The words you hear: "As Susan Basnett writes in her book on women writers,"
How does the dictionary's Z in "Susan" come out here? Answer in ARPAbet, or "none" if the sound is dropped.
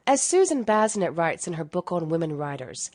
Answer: Z